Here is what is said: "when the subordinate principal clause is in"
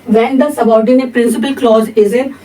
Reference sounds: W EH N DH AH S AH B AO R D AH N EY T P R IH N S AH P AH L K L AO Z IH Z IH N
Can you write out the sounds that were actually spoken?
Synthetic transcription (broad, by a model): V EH N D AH S AH B AO R D AH N EY T P R IH N S AH P AH L K L AO Z IH Z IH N